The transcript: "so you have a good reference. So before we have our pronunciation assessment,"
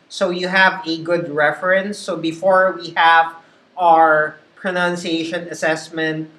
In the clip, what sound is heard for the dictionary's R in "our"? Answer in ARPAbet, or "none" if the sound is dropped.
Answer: R